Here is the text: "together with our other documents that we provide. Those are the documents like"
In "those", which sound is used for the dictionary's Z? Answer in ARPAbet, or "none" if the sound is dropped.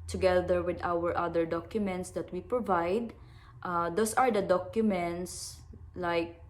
S